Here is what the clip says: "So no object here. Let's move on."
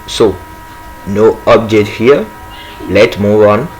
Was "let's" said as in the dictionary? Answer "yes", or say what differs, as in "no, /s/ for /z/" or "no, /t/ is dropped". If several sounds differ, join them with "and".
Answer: no, /s/ is dropped